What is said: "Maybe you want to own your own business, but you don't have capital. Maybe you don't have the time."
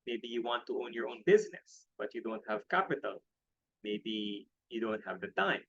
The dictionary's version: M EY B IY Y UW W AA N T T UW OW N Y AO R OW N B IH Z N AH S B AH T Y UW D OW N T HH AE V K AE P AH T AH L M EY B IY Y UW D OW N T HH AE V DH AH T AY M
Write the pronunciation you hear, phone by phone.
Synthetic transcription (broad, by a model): M EY B IY Y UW W AA N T T UW OW N Y AO R OW N B IH Z N AH S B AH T Y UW D OW N T HH AE V K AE P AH T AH L M EY B IY Y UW D OW N T HH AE V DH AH T AY M